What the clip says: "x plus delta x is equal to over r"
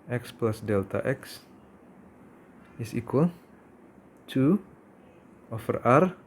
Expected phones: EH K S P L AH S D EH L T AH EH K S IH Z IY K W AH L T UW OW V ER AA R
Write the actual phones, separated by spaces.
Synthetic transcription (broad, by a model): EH K S P L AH S D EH L T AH EH K S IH S IY K W AH L T UW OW F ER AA R